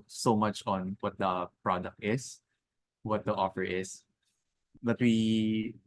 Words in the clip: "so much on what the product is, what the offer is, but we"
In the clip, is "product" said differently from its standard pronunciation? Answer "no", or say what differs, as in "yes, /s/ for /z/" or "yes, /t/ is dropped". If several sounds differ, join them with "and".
no